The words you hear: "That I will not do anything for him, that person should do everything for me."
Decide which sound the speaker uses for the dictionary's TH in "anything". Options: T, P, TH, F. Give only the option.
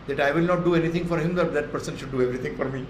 T